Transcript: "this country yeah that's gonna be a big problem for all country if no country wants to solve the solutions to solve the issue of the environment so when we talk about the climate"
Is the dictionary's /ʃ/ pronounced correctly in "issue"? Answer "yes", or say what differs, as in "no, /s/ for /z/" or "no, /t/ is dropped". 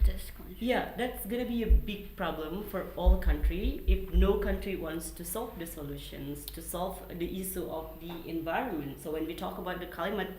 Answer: no, /s/ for /ʃ/